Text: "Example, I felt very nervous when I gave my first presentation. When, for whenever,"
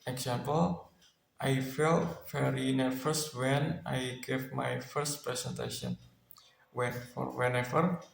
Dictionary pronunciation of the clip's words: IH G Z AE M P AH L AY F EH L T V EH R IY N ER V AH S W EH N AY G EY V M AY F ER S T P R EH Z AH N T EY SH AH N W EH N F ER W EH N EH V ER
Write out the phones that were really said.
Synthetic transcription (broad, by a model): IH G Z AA M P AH L AY F EH L T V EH R IY N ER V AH S W EH N AY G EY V M AY F ER S T P R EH S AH N T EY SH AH N W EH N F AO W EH N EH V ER